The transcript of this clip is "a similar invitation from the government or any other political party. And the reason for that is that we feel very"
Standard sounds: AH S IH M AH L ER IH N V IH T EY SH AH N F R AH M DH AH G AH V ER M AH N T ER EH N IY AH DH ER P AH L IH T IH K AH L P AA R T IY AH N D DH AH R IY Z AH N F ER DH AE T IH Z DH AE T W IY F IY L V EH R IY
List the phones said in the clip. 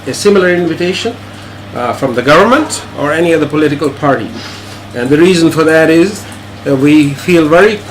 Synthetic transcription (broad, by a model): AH S IH M AH L ER IH N V IH T EY SH AH N F R AH M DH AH G AH V ER M AH N T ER EH N IY AH DH ER P AH L IH T IH K AH L P AA R T IY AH N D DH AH R IY Z AH N F ER DH AE T IH Z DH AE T W IY F IY L V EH R IY